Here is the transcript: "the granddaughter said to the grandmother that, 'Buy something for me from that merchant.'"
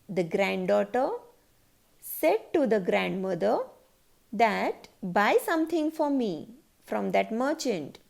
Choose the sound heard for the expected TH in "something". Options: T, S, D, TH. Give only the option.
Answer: T